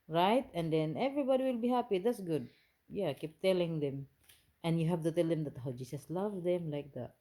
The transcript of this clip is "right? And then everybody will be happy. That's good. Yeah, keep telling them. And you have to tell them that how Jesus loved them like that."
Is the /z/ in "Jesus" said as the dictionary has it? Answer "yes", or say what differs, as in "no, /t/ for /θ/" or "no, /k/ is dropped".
no, /s/ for /z/